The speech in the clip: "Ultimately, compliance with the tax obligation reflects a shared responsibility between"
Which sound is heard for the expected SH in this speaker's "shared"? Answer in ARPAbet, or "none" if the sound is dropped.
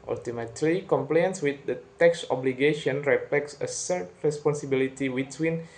S